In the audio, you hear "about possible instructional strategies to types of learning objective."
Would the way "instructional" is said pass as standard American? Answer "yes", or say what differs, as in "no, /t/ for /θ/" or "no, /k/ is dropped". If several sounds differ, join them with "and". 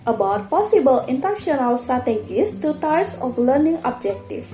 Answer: no, /s/ is dropped and /ɹ/ is dropped